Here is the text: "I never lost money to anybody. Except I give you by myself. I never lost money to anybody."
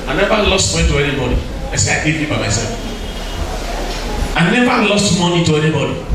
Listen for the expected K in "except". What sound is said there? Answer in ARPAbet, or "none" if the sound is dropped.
none